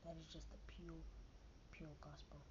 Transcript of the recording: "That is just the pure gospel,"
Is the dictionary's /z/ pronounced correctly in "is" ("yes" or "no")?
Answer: yes